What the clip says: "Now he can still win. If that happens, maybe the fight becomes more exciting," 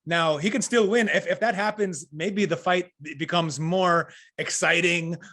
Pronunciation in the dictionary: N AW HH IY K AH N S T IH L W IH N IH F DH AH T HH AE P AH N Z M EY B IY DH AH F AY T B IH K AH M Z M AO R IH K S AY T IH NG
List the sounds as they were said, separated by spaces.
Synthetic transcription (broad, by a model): N AW HH IY K AH N S T IH L W IH N IH F DH AH T HH AE P AH N Z M EY B IY DH AH F AY T B IH K AH M Z M AO R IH K S AY T IH NG